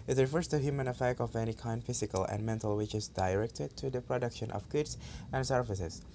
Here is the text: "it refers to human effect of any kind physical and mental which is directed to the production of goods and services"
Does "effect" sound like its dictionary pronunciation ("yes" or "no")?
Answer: yes